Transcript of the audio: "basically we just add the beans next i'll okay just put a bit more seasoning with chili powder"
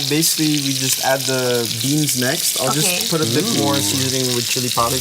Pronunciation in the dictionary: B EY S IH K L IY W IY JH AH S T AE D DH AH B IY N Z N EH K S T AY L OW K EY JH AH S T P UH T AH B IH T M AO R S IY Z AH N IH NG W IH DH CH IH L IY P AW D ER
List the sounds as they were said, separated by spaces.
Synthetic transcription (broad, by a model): B EY S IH K L IY W IY JH AH S T AE D DH AH B IY N Z N EH K S T AY L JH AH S P UH T AH B IH T M AO R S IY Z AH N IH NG W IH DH CH IH L IY P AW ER